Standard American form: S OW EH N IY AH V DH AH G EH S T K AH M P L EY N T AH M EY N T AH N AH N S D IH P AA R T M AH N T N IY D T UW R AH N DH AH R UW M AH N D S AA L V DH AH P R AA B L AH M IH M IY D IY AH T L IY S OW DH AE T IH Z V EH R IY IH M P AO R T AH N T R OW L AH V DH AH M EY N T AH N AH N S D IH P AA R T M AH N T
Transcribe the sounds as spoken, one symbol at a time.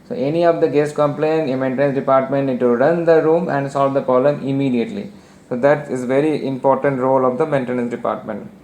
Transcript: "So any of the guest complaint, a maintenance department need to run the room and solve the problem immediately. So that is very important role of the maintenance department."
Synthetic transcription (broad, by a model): S OW EH N IY AH V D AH G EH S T K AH M P L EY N AH M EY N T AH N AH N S D IH P AA R T M AH N T N IY D T UW R AH N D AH R UW M AH N D S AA L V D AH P AA L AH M IH M IY D IY AH T L IY S OW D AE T IH Z V EH R IY IH M P AO R T AH N T R OW L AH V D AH M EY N T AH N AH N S D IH P AA R T M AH N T